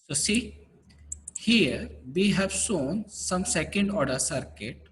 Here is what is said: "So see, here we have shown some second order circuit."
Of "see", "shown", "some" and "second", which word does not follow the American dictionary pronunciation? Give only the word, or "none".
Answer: shown